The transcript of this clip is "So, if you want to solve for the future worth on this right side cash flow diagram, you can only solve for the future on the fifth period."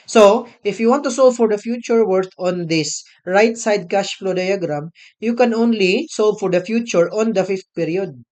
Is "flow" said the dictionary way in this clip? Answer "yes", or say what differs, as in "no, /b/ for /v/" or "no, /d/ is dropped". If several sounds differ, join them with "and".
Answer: yes